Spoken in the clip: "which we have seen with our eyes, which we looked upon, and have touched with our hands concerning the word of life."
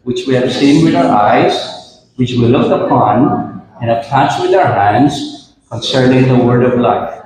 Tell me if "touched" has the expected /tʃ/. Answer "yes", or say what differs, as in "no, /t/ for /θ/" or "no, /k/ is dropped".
no, /s/ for /tʃ/